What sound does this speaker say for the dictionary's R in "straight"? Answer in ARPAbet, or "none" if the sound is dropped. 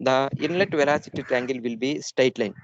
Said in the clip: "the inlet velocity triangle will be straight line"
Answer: none